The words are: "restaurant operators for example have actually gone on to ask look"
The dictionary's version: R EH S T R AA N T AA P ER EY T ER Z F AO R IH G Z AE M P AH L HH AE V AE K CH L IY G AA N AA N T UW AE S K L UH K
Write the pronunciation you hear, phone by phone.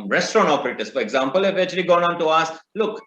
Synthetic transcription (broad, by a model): R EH S T R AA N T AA P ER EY T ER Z F AO R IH G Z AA M P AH L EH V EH CH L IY G AA N AA N T UW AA S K L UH K